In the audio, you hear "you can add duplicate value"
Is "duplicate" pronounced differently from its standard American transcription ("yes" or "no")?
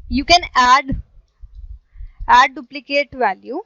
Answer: no